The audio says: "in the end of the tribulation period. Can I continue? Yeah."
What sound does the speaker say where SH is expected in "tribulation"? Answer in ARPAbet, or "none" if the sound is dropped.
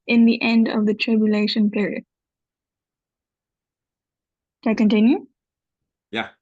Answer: SH